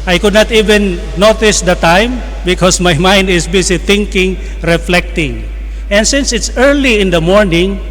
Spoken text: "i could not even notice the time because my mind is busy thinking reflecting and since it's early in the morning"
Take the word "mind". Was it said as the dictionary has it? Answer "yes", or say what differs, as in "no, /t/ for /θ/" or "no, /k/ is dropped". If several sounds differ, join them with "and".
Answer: yes